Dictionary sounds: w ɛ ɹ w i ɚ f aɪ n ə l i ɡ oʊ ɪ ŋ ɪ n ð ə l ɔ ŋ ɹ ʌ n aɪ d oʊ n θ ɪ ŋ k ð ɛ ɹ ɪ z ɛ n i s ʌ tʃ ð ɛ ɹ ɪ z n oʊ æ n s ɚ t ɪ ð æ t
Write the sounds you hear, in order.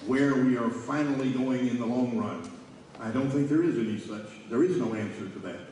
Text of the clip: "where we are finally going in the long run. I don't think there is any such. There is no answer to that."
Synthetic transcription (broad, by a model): w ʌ ɹ w i ɚ f aɪ n l i ɡ oʊ ɪ ŋ ɪ n ð ə l ɔ ŋ ɹ ʌ n aɪ d oʊ n θ ɪ ŋ k ð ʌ ɹ ɪ z ɛ n i s ʌ tʃ ð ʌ ɹ ɪ z n oʊ æ n s ɚ t ɪ ð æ t